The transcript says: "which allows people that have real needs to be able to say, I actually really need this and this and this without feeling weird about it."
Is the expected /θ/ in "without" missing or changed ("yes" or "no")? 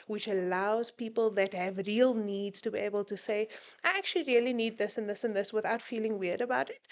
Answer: no